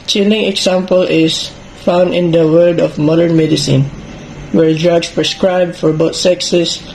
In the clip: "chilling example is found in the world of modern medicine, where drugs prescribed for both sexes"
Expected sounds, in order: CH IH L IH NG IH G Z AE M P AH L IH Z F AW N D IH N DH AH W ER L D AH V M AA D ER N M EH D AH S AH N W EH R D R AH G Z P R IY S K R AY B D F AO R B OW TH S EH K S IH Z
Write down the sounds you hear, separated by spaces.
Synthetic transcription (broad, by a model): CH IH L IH NG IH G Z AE M P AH L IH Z F AW N D IH N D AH W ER D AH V M AA D ER N M EH D AH S AH N W EH R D R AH G S P R IY S K R AY B D F AO R B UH T S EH K S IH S